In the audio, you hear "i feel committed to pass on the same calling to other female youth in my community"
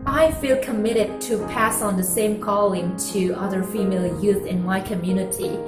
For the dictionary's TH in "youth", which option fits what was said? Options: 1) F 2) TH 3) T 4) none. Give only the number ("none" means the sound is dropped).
2